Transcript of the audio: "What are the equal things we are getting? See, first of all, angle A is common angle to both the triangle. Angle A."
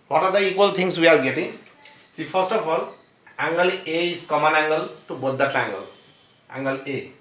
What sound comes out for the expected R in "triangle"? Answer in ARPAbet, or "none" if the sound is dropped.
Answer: none